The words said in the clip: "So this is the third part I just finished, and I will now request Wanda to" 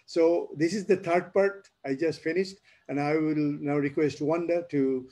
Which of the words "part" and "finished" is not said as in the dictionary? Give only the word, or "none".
none